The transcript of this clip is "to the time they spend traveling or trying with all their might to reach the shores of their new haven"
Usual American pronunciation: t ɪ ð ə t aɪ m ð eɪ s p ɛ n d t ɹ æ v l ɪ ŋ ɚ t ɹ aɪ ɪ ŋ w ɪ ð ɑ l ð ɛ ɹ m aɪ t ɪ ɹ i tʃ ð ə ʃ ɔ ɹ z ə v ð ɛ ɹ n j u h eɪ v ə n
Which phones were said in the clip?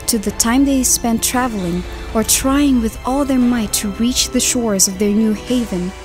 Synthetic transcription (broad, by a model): t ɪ ð ə t aɪ m ð eɪ s p ɛ n t ɹ æ v l ɪ ŋ ɚ t ɹ aɪ ɪ ŋ w ɪ ð ɑ l ð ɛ ɹ m aɪ t ɪ ɹ i tʃ ð ə ʃ ɔ ɹ z ə v ð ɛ ɹ n j u h eɪ v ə n